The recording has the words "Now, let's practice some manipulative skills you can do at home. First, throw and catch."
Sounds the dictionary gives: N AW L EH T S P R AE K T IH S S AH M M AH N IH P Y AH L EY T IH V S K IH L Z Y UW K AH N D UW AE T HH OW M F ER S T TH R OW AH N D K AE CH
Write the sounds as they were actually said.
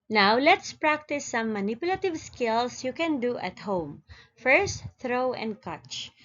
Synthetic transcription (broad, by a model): N AW L EH T S P R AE K T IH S S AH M M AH N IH P Y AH L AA T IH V S K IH L S Y UW K AH N D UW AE T HH OW M F ER S T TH R OW AH N D K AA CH